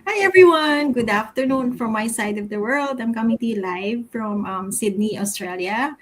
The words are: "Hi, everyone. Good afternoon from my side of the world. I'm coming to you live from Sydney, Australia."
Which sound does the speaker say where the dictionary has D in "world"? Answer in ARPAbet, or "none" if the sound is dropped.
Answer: D